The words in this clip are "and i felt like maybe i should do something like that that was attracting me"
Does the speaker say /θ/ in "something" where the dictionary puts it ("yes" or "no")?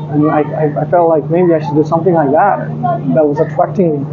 yes